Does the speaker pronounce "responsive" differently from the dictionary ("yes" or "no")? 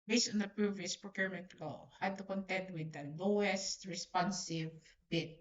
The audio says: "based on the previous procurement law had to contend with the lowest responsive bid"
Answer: no